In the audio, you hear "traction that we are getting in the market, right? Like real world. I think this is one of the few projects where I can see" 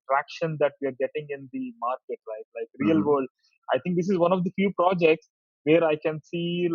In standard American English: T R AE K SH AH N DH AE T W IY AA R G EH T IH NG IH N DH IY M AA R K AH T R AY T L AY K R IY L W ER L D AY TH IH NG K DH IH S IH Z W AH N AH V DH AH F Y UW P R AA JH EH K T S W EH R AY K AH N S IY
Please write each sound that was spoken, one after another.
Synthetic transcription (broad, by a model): T R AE K SH AH N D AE T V IY AA R G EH T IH NG IH N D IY M AA R K AH T L AY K L AY K R IY L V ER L D AY T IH NG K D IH S IH Z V AH N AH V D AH F Y UW P R AA JH EH K T S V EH R AY K AH N S IY